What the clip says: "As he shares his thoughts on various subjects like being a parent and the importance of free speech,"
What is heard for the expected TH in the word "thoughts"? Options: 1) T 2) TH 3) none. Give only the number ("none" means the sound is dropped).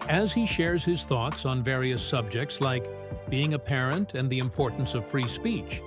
2